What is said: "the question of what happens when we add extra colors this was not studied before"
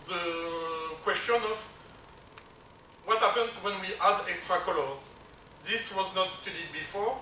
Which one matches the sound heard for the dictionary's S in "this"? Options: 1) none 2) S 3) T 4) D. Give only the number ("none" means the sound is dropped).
2